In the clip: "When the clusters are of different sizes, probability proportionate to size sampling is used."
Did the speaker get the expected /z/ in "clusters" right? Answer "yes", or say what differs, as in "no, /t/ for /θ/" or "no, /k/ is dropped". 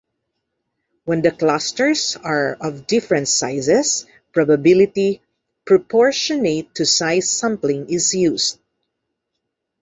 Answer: no, /s/ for /z/